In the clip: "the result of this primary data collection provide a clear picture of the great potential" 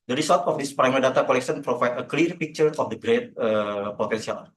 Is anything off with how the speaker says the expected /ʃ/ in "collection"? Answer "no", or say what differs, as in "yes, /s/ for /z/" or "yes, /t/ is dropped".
yes, /s/ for /ʃ/